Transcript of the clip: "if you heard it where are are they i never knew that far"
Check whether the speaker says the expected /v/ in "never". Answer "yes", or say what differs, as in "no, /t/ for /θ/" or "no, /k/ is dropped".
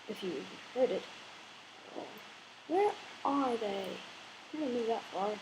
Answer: no, /v/ is dropped